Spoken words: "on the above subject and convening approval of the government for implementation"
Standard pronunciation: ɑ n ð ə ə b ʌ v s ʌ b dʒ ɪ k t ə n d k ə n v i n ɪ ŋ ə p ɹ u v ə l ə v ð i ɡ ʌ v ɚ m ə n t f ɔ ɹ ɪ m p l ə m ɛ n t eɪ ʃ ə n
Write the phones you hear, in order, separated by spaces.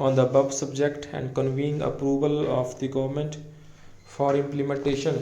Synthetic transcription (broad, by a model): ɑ n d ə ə b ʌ b s ʌ b dʒ ɪ k t ə n d k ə n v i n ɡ ə p ɹ u v ə l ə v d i ɡ ʌ v ɚ m ə n t f ɔ ɹ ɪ m p l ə m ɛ n t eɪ ʃ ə n